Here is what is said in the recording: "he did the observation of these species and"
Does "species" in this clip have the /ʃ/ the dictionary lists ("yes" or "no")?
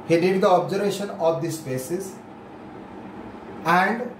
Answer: no